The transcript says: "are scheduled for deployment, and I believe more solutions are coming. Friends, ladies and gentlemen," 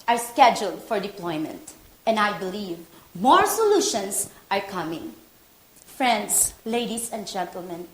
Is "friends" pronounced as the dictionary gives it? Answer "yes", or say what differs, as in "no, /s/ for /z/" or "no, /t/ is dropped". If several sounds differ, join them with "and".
no, /s/ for /z/